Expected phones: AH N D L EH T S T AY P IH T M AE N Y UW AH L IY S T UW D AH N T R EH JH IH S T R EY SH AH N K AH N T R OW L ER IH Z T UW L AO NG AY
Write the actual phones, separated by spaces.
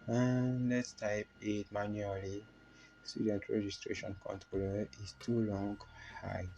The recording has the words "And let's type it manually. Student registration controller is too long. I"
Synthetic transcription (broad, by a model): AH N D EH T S T AY P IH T M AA N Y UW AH L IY S T UW D AH N T R EH JH IH S T R EY SH AH N K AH N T R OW L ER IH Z T UW L AO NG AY